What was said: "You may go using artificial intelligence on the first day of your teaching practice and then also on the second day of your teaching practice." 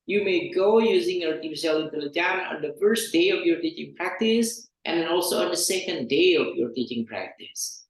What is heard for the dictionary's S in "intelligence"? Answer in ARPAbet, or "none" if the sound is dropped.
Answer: none